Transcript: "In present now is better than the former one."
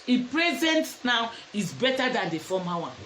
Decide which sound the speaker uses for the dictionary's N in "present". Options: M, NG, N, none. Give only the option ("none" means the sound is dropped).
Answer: N